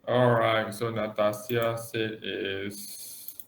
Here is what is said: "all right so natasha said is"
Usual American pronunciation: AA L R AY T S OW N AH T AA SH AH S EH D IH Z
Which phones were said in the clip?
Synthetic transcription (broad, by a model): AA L R AY T S OW N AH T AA S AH S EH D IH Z